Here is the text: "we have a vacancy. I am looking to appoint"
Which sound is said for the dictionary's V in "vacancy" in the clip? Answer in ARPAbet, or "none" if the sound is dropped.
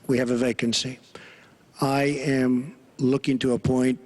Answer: V